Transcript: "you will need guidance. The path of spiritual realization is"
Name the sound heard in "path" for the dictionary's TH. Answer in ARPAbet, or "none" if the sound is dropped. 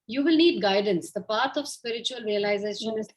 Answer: T